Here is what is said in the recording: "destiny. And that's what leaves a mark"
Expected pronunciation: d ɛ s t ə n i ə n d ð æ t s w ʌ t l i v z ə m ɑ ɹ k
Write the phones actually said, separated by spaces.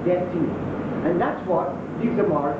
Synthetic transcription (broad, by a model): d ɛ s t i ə n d ð æ t s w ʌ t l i z ə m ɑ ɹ